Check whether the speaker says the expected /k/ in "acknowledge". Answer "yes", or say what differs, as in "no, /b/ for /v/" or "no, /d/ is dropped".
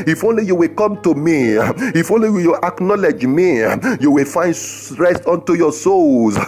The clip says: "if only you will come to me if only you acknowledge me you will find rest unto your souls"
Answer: yes